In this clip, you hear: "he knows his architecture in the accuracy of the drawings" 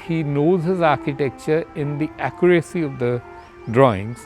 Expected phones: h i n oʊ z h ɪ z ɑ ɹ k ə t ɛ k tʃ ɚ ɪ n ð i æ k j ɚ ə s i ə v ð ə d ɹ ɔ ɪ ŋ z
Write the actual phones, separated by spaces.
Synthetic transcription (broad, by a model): h i n oʊ z h ɪ z ɑ ɹ k ə t ɛ k tʃ ɚ ɪ n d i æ k j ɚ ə s i ə v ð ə d ɹ ɔ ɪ ŋ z